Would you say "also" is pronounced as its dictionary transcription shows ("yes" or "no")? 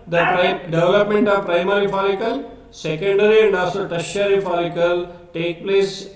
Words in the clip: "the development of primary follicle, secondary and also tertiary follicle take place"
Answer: no